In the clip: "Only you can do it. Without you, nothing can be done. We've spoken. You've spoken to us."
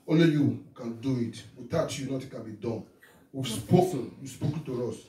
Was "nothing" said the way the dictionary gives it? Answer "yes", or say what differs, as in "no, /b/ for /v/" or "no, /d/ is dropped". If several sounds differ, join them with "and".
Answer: no, /t/ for /θ/